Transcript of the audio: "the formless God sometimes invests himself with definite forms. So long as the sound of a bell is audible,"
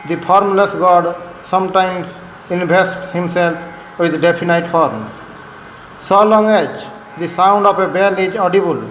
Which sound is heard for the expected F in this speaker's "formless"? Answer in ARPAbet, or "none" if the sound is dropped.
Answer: P